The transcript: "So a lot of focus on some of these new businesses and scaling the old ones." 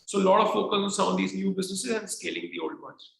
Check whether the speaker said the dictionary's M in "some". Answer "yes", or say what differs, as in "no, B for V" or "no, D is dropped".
no, M is dropped